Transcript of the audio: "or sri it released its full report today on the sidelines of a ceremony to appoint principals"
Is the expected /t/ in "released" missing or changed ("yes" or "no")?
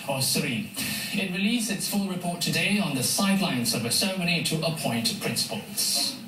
yes